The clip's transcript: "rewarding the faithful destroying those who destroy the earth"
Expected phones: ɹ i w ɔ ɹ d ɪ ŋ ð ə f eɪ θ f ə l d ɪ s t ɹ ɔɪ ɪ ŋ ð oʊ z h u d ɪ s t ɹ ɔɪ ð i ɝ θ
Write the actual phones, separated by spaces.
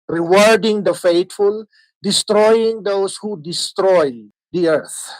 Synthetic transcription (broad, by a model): ɹ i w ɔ ɹ d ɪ ŋ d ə f eɪ t f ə l d ɪ s t ɹ ɔɪ ɪ ŋ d oʊ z h u d ɪ s t ɹ ɔɪ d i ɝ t